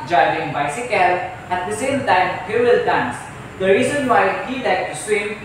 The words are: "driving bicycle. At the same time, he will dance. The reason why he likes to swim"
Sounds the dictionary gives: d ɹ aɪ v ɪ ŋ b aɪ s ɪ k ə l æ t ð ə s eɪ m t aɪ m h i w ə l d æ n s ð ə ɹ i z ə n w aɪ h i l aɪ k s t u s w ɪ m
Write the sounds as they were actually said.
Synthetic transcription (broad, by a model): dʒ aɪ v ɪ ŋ b aɪ s ɪ k ə l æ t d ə s eɪ m t aɪ m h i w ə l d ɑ n s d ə ɹ i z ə n w aɪ h i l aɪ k t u s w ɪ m